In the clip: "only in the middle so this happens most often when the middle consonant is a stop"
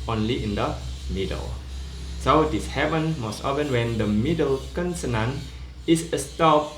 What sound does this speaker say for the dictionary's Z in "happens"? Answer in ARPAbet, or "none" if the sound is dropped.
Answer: none